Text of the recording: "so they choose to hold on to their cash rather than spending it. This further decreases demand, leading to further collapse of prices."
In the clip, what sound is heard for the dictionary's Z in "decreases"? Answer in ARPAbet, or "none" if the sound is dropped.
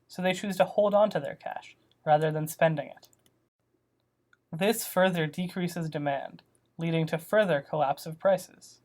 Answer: Z